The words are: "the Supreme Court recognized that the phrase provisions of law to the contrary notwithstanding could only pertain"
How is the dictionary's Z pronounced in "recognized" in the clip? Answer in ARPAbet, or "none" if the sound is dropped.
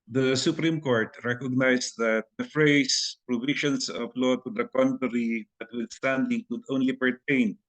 S